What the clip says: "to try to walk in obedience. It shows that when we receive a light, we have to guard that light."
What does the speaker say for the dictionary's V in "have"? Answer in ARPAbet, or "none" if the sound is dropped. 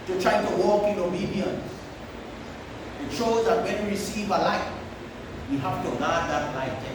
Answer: F